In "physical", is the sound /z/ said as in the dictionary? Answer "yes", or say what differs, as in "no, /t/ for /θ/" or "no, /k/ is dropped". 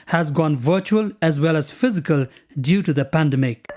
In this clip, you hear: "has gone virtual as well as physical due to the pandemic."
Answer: yes